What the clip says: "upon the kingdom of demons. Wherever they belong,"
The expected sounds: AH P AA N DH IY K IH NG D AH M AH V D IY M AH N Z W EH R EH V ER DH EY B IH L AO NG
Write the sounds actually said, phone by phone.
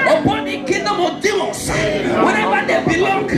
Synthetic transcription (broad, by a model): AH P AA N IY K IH D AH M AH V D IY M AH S W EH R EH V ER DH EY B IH L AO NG